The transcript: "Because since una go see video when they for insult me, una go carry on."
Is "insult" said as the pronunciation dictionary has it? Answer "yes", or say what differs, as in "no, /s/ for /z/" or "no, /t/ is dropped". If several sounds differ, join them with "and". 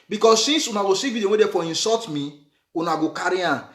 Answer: no, /l/ is dropped